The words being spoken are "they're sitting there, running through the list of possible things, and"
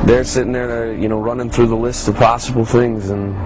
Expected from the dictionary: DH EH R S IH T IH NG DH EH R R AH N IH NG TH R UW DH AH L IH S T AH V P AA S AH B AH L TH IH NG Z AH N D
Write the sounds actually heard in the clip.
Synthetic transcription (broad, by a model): DH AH R S IH T IH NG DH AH R R AH N IH NG TH R UW DH AH L IH S T AH V P AA S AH B L TH IH NG Z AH N